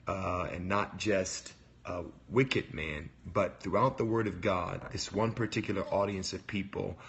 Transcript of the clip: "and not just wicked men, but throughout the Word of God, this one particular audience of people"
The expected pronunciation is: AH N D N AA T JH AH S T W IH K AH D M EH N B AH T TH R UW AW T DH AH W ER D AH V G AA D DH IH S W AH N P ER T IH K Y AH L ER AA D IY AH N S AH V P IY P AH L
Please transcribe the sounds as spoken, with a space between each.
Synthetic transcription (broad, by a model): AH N N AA T JH AH S T W IH K AH D M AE N B AH T TH R UW AW T DH AH W ER D AH V G AA D DH IH S W AH N P ER T IH K Y L ER AA D IY AH N S AH V P IY P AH L